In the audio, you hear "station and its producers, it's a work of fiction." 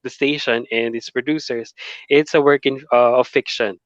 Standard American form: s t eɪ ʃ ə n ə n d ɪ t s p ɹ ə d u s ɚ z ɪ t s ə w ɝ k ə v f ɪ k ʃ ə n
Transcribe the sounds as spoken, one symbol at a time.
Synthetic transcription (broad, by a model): s t eɪ ʃ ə n ə n d ɪ t s p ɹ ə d u s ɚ s ɪ t s ə w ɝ k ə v f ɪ k ʃ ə n